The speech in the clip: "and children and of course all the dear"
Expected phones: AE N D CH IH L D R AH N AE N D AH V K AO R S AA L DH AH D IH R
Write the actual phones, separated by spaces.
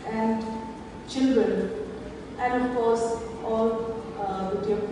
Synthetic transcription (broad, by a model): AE N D CH IH L D R AH N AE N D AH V K AO R S AA L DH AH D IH